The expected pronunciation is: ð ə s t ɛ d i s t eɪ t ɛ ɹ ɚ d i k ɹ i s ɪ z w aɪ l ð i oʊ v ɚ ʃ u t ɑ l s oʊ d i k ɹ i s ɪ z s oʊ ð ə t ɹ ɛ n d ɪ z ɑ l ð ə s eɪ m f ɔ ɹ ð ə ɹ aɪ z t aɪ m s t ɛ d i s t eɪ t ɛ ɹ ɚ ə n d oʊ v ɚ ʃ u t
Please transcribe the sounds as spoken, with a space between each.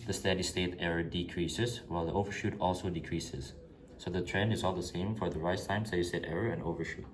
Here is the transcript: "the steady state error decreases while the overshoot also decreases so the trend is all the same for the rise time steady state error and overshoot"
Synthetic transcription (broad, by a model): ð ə s t ɛ d i s t eɪ t ɛ ɹ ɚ d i k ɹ i s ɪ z w aɪ l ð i oʊ v ɚ ʃ u t ɑ l s oʊ d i k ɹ i s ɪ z s oʊ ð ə t ɹ ɛ n d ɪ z ɑ l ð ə s eɪ m f ɔ ɹ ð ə ɹ aɪ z t aɪ m s t ɛ d i s t eɪ t ɛ ɹ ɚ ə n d oʊ v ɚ ʃ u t